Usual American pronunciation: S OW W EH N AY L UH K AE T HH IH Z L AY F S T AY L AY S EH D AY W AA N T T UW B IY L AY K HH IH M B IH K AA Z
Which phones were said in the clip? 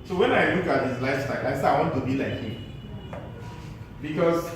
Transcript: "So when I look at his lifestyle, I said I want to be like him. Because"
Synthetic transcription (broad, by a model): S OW W EH N AY L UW K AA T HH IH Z L AY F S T AY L AY S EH AY W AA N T T UW B IY L AY K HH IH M B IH K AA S